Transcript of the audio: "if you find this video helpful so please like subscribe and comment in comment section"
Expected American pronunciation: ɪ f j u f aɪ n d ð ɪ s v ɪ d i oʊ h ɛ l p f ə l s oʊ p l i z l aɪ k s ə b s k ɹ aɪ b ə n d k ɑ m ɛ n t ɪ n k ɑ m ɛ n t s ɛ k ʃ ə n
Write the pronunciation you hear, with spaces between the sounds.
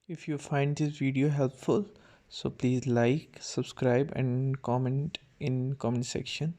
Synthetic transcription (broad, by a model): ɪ f j u f aɪ n d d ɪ s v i d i oʊ h ɛ l p f ə l s oʊ p l i z l aɪ k s ə b s k ɹ aɪ b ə n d k ɑ m ɛ n t ɪ n k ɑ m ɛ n s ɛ k ʃ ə n